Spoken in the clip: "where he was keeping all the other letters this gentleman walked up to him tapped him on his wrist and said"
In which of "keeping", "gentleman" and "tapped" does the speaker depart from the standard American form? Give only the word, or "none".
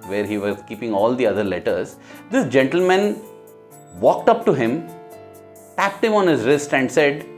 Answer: none